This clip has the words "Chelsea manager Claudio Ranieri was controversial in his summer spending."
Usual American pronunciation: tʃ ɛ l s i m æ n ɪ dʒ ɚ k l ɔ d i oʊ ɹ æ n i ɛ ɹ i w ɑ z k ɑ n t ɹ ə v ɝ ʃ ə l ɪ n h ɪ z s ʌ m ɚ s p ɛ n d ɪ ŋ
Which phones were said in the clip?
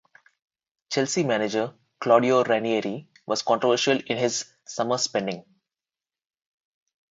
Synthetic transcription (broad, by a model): tʃ ɛ l s i m æ n ɪ dʒ ɚ k l ɔ d i oʊ ɹ æ n i ɛ ɹ i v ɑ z k ɑ n t ɹ ə v ɝ ʃ ə l ɪ n h ɪ z s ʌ m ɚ s p ɛ n d ɪ ŋ